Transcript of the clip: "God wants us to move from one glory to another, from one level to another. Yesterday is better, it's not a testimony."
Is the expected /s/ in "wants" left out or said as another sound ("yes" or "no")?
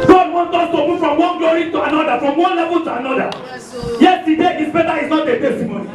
yes